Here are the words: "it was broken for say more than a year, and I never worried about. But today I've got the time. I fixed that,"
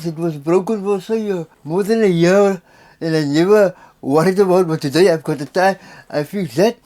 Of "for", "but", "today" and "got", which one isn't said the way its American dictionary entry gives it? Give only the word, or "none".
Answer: for